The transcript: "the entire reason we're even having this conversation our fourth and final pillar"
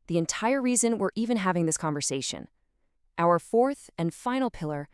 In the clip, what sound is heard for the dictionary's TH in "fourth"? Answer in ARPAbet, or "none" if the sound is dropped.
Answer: TH